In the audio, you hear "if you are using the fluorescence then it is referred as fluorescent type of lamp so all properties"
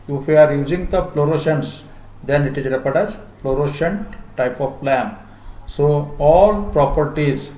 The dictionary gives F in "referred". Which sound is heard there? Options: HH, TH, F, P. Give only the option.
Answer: P